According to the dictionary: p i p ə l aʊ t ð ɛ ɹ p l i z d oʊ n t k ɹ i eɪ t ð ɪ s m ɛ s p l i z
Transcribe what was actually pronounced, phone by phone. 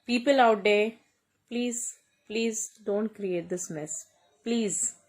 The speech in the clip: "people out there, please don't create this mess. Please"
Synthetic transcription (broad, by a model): p i p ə l aʊ t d ɛ l p l i z d oʊ n t k ɹ i eɪ t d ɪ s m ɛ s p l i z